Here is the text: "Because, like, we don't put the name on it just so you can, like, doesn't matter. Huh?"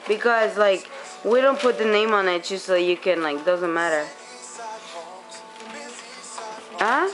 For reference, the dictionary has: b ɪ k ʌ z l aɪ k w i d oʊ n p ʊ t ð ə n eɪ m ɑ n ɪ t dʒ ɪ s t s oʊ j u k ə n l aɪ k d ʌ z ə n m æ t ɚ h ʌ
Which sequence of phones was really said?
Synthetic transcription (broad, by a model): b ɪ k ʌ z l aɪ k w i d oʊ n p ʊ t ð ə n eɪ m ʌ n ɪ t tʃ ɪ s s oʊ j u k ə n l aɪ k d ʌ z ə n m æ t ɚ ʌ